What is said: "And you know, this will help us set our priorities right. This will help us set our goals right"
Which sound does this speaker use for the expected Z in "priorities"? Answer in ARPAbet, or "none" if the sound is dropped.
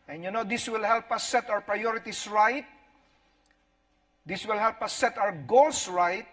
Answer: S